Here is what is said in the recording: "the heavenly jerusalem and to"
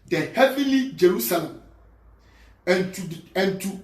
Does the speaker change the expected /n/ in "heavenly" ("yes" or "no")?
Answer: yes